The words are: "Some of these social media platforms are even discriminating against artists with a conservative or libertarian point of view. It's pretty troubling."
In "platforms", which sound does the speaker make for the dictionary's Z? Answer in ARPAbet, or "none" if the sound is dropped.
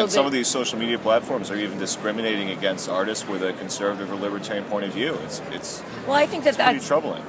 Z